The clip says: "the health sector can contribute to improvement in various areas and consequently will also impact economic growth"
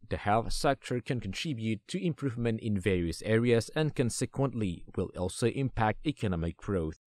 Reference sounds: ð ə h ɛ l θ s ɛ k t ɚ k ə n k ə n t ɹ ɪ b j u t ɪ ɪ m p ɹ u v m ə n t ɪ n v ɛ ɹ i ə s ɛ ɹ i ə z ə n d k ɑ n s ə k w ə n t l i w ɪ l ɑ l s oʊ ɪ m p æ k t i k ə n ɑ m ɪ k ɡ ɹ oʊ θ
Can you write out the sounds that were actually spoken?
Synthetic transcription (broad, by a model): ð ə h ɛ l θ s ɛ k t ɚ k ə n k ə n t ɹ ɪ b j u t ɪ ɪ m p ɹ u v m ə n t ɪ n v ɛ ɹ i ə s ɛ ɹ i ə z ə n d k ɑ n s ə k w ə n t l i w ɪ l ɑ l s oʊ ɪ m p æ k t i k ə n ɑ m ɪ k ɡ ɹ oʊ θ